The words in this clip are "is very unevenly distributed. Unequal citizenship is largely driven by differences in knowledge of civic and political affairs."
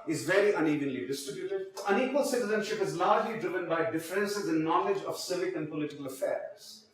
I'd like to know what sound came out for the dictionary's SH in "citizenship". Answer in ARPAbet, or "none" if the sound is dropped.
SH